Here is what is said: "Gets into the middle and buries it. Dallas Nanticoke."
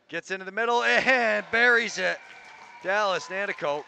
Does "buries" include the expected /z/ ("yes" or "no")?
yes